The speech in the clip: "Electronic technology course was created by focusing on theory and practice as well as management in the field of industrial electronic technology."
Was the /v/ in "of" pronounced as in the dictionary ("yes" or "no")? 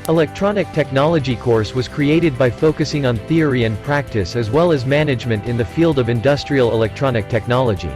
yes